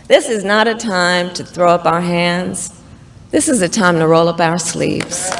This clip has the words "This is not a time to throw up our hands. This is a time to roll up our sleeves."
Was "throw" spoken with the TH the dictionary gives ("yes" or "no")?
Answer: yes